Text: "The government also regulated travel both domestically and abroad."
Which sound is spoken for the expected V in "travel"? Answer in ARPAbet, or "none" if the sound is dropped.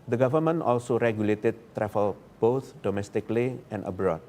F